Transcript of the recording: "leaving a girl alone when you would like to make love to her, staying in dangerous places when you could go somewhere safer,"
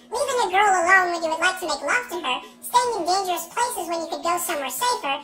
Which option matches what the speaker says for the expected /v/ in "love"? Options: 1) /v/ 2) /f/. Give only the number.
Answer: 2